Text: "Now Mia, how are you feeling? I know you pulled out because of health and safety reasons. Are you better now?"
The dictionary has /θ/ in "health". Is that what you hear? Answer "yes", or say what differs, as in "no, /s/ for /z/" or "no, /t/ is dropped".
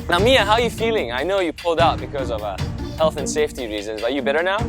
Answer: yes